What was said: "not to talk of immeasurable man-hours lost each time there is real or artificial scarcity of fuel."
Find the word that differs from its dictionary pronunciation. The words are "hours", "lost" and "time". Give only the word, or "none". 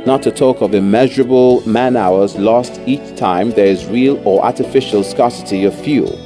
none